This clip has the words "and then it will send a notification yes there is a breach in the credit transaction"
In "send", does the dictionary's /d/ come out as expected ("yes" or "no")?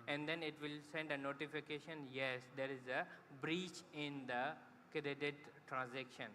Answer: yes